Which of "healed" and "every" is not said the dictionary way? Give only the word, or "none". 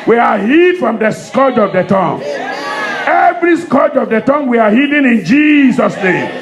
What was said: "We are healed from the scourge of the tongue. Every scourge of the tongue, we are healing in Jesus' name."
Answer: healed